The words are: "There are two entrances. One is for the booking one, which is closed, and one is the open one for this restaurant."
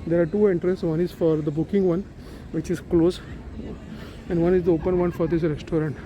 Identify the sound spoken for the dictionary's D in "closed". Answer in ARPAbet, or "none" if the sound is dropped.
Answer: none